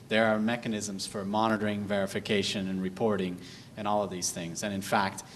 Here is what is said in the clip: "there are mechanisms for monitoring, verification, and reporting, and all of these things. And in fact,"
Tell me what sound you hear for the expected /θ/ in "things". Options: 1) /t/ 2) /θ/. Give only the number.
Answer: 2